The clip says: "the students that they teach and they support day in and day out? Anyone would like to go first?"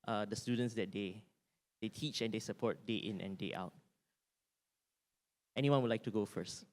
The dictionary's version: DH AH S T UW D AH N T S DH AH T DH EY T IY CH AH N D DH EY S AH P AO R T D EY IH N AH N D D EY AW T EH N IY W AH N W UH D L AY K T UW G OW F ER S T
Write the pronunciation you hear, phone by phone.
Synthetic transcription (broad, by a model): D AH S T UW D AH N T S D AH T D EY T IY CH AH N D EY S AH P AO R T D EY IH N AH N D D EY AW T EH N IY W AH N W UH L AY K T UW G OW F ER S T